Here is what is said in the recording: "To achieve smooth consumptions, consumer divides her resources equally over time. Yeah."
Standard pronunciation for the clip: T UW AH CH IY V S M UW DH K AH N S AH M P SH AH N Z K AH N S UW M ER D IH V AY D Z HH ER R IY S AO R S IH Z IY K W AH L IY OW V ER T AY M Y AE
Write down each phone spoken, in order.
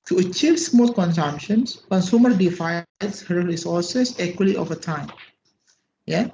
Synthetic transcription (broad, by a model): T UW AH CH IY V S M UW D K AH N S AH M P SH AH N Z K AH N S UW M ER D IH F AY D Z HH ER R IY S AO R S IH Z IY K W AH L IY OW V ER T AY M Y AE